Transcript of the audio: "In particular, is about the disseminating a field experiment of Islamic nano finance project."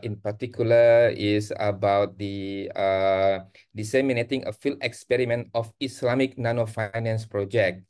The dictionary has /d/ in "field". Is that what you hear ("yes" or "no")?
no